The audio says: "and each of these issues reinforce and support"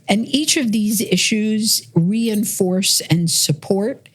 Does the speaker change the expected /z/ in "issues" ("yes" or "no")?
no